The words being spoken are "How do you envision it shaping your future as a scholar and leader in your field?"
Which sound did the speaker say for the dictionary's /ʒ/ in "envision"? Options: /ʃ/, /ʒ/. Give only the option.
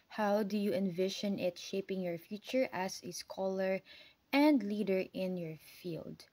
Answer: /ʃ/